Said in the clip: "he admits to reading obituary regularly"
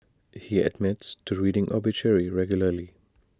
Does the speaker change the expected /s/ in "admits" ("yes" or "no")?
no